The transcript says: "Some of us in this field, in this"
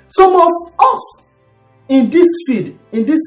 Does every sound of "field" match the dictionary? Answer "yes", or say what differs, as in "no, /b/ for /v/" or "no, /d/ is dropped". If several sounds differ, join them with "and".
no, /l/ is dropped